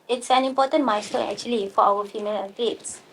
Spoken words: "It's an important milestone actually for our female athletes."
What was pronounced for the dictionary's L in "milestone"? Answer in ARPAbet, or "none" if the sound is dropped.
none